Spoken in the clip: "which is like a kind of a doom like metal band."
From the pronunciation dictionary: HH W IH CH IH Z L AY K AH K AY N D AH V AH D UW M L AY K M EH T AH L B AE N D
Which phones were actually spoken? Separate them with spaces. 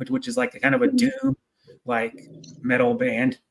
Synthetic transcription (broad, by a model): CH W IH CH IH Z L AY K K AY N D AH V AH D UW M L AY K M EH T L B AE N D